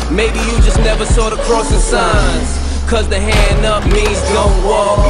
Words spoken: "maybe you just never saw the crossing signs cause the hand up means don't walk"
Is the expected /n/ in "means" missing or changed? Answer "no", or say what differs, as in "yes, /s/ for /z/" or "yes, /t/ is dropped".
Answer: yes, /n/ is dropped